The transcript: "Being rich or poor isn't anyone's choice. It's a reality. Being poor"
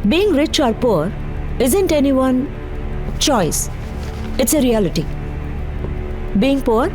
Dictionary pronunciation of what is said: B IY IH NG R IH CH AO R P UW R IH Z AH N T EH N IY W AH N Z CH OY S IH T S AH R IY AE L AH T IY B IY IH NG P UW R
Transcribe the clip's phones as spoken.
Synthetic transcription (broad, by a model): B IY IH NG R IH CH AO R P UW R IH Z AH N T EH N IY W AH N CH OY S IH T S AH R IY AE L AH T IY B IY IH NG P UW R